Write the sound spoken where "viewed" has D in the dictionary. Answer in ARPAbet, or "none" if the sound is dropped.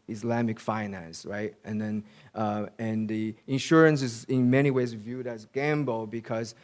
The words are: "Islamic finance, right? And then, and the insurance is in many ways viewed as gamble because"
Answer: D